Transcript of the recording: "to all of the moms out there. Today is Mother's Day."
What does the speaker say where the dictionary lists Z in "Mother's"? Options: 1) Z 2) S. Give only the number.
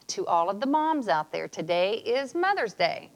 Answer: 1